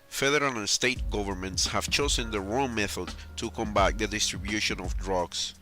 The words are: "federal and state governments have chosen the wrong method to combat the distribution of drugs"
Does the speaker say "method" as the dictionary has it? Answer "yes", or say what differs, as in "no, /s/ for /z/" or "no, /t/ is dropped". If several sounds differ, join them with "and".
yes